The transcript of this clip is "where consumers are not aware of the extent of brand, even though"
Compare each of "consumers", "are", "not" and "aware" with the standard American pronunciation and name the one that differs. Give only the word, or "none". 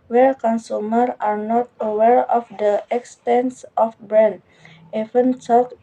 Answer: consumers